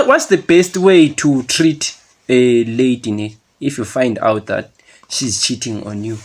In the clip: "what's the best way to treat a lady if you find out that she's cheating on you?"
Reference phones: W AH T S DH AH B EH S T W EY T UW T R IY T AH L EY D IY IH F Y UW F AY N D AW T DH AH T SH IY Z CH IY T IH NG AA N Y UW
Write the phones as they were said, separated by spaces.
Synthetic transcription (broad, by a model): W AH T S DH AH B EH S T W EY T UW T R IY T AH L EY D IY IH F Y UW F AY N D AW T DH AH T SH IY Z CH IY T IH NG AA N Y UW